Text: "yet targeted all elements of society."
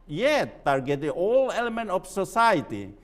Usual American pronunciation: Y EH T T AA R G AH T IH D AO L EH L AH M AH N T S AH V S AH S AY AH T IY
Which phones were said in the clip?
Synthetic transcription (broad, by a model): Y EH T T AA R G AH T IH AO L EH L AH M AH N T AH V S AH S AY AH T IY